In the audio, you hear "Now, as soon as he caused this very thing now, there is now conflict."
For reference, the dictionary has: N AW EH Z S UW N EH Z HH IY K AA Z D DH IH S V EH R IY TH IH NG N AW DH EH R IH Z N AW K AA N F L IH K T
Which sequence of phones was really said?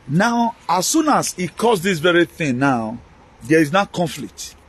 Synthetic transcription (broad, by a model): N AW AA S S UW N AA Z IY K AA S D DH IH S V EH R IY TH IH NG N AW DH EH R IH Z N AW K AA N F L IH K T